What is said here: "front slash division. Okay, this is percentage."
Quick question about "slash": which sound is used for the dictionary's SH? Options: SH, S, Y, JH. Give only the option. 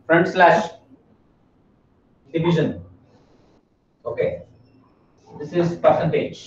SH